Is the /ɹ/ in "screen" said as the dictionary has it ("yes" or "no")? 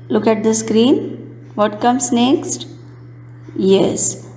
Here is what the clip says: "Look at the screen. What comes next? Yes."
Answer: yes